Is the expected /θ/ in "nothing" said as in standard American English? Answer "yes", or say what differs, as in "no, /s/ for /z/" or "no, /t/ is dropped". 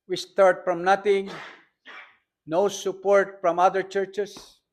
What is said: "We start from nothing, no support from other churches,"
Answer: no, /t/ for /θ/